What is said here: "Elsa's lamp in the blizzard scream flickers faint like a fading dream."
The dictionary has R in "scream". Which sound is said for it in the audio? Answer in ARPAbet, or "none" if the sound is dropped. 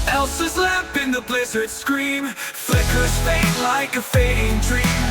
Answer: R